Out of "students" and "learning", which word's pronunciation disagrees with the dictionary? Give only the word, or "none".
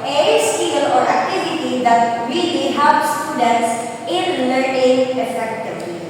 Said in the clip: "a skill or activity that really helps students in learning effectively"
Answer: learning